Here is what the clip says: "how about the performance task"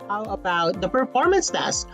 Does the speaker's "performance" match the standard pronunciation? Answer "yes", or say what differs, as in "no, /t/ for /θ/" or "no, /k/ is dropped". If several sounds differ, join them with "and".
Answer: yes